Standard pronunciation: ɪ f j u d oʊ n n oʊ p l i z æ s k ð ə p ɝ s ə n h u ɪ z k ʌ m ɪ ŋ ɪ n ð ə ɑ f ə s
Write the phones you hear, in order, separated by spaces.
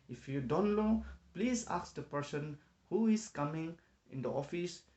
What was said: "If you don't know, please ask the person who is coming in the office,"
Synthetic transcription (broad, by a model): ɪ f j u d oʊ n l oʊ p l i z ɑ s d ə p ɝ s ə n h u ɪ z k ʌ m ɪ ŋ ɪ n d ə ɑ f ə s